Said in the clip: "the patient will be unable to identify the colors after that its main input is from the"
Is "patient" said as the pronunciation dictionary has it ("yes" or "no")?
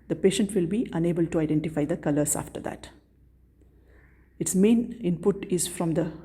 yes